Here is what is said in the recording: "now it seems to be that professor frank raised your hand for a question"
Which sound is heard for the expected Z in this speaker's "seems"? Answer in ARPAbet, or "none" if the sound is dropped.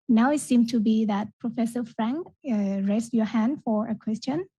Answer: none